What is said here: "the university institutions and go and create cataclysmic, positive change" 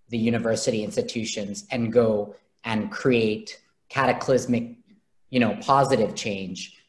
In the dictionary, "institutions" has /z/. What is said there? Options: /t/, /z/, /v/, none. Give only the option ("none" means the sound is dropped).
/z/